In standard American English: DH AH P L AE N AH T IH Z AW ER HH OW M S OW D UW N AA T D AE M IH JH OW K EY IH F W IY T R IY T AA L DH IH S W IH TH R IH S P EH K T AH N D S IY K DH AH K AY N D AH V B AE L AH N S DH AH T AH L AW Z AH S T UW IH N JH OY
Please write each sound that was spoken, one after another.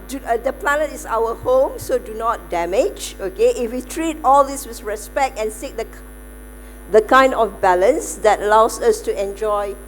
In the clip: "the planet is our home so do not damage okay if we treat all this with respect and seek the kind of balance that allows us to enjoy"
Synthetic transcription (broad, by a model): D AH P L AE N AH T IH S AW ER HH OW M S OW D UW N AA T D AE M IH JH OW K EY IH F W IY T R IY T AA L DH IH S W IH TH R IH S P EH K T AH N S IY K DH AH K AY N D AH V B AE L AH N S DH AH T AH L AW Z AH S T UW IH N JH OY